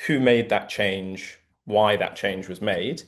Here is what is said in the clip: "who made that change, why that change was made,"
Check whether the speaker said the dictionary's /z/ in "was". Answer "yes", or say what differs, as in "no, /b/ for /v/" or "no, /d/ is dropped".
yes